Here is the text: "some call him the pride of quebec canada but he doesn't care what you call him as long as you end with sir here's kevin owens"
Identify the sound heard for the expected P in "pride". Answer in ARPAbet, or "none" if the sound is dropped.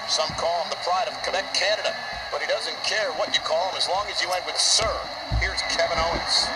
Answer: P